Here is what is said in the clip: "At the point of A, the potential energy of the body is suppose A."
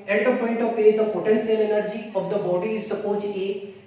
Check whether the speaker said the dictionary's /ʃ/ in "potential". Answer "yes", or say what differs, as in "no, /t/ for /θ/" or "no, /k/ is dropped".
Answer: no, /s/ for /ʃ/